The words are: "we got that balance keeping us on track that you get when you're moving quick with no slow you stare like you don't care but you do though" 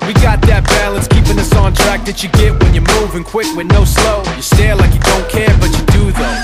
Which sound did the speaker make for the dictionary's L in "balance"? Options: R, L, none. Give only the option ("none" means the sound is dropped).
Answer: L